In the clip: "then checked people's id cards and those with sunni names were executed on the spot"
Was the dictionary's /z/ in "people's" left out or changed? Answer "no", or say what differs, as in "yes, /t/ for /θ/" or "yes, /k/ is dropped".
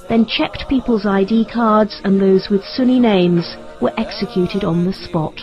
no